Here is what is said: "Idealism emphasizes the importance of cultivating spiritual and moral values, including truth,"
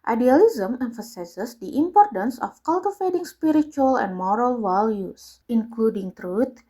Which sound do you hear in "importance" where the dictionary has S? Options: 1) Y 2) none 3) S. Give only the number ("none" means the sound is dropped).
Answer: 3